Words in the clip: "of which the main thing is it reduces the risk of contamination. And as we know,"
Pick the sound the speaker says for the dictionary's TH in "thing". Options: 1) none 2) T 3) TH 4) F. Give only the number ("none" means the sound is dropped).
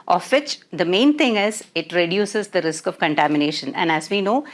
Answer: 2